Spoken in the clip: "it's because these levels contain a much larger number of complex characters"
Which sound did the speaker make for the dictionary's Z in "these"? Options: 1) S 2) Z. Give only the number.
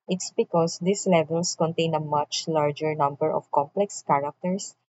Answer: 1